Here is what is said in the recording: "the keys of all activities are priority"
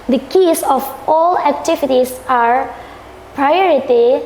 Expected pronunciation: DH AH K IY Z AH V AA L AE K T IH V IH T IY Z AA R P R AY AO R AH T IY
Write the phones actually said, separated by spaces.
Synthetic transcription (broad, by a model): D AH K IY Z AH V AA L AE K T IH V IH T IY S AA R P R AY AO R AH T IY